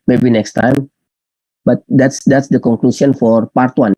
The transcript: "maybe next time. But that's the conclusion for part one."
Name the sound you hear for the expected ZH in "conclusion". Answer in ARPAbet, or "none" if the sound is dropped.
S